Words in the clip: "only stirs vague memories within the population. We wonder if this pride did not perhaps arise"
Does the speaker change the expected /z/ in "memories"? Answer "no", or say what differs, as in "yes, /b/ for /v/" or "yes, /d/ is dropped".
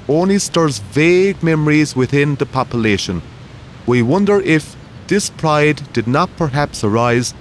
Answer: no